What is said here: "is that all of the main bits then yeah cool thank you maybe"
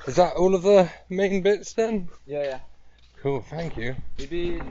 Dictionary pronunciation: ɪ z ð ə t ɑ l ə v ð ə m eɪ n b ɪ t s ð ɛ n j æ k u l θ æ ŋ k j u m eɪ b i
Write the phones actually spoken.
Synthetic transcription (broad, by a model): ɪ z ð ə t ɑ l ə v ð ə m eɪ n b ɪ t s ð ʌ n j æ k u l θ æ ŋ k j u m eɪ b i